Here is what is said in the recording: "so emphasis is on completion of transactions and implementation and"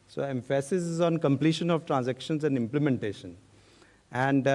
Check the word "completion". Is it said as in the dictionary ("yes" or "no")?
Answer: yes